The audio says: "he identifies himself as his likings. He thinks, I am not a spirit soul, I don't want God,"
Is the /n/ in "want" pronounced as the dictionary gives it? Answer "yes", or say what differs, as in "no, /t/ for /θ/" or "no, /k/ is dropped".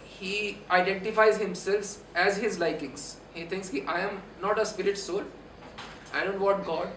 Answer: no, /n/ is dropped